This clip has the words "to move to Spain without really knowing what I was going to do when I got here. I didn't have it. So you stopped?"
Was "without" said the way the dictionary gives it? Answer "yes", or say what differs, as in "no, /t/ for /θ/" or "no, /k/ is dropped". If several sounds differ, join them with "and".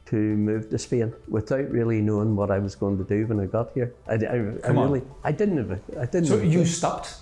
yes